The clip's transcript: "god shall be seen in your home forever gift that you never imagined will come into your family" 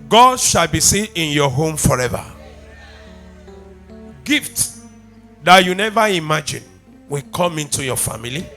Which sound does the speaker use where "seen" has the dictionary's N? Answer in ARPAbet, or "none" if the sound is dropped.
none